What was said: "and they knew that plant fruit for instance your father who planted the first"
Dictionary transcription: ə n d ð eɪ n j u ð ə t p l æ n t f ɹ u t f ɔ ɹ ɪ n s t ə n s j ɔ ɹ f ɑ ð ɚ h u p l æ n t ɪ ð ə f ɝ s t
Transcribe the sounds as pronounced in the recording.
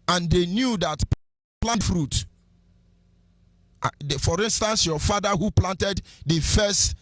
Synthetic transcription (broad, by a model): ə n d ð eɪ n j u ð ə t p l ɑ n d f ɹ u t f ɔ ɹ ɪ n s t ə n s j ɔ f ɑ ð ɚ h u p l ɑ n t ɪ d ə f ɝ s t